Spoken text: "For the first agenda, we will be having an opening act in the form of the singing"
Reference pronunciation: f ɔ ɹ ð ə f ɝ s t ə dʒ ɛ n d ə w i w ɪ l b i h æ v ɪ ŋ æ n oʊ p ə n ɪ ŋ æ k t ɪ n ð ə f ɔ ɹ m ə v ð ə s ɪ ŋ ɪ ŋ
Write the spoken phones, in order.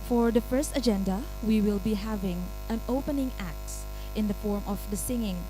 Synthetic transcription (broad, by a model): f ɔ ɹ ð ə f ɝ s t ə dʒ ɛ n d ə w i w ɪ l b i h æ v ɪ ŋ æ n oʊ p ə n ɪ ŋ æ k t ɪ n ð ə f ɔ ɹ m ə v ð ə s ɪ ŋ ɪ ŋ